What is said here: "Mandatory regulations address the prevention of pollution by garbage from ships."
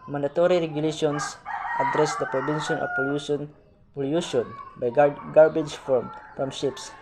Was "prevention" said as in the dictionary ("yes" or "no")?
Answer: no